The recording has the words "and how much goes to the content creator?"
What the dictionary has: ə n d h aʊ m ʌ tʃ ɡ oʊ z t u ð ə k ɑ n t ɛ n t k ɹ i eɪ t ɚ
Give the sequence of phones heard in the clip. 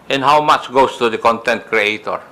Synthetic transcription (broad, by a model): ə n h aʊ m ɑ tʃ ɡ oʊ s t u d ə k ɑ n t ɛ n t k ɹ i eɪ t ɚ